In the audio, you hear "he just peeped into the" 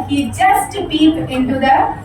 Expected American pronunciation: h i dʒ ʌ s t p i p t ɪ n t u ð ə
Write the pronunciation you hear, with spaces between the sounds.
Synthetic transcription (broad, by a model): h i dʒ ʌ s t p i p ɪ n t u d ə